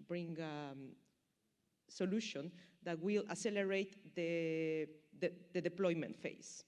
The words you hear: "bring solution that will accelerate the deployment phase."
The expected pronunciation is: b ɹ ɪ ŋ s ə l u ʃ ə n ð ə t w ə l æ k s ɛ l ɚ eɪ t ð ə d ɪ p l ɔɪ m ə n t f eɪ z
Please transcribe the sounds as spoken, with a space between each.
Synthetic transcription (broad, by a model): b ɹ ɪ ŋ s ə l u ʃ ə n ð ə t w ə l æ s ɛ l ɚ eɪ t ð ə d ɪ p l ɔɪ m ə n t f eɪ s